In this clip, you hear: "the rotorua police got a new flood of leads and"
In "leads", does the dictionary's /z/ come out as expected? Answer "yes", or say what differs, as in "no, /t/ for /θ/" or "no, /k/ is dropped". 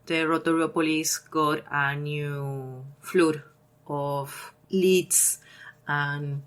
no, /s/ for /z/